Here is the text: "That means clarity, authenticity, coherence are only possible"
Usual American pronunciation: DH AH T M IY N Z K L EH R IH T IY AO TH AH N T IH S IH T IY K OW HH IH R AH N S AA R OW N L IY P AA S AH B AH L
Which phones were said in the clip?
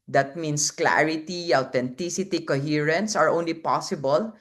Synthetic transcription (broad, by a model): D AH T M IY N S K L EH R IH T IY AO T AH N T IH S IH T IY K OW HH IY R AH N S AA R OW N L IY P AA S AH B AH L